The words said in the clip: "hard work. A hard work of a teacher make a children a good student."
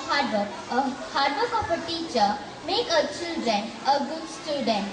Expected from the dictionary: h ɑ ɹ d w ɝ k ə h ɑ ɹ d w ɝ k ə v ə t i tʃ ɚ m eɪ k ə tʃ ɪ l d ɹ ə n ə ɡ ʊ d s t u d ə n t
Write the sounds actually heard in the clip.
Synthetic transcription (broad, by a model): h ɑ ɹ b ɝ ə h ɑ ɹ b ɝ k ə p ə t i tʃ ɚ m eɪ k ə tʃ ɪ l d ɹ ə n ə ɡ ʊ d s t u d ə n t